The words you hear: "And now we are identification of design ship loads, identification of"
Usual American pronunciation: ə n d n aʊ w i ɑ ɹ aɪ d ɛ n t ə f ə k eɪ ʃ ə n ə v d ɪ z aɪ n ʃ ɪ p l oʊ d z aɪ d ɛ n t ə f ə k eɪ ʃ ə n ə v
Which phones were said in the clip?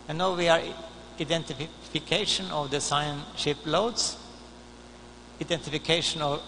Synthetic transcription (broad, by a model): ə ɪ n aʊ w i ɑ ɹ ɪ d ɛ n t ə f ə k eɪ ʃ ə n ə v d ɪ s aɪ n ʃ ɪ p l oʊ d s aɪ d ɛ n t ə f ə k eɪ ʃ ə n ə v